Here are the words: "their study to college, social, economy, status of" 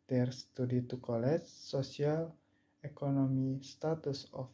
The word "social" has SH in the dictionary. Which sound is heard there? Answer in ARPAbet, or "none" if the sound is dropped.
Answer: S